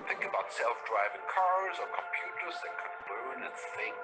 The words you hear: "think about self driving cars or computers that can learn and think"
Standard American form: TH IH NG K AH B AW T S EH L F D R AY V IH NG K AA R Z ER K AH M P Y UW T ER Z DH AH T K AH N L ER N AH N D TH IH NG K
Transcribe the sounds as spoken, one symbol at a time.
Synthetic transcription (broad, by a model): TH IH NG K AH B AW T S EH L F D R AY V IH NG K AA R Z ER K AH M P Y UW T ER Z DH AH T K AH N L ER N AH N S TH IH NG